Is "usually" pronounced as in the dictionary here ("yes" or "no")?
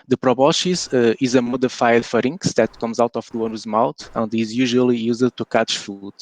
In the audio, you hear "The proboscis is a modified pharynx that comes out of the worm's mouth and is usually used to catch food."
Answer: yes